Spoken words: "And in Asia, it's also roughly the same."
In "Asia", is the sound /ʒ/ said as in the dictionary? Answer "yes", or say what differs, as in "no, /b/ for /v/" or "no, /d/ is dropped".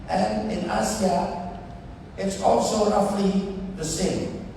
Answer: no, /s/ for /ʒ/